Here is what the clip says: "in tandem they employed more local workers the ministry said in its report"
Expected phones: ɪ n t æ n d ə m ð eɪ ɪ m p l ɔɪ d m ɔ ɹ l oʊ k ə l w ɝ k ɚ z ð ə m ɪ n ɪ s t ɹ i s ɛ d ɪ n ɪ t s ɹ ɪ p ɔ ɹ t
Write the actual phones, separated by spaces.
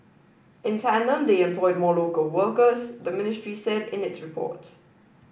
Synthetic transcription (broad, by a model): ɪ n t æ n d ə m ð eɪ ɪ m p l ɔɪ d m ɔ l oʊ k ə l w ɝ k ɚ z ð ə m ɪ n ɪ s t ɹ i s ɛ d ɪ n ɪ t s ɹ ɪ p ɔ t